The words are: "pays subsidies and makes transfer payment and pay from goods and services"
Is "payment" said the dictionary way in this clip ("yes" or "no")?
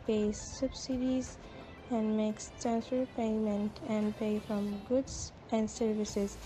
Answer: yes